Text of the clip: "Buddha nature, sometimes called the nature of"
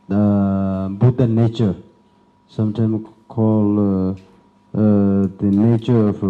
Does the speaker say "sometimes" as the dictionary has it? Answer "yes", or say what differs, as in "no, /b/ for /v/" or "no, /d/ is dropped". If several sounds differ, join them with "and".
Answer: no, /z/ is dropped